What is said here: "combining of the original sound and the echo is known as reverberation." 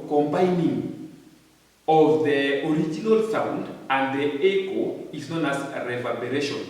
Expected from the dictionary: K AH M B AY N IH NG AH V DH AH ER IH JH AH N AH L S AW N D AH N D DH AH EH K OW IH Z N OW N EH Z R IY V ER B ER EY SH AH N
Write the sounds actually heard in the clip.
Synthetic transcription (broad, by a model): K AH M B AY N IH NG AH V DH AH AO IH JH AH N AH L S AW N D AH N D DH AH EH K OW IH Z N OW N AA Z R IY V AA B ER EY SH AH N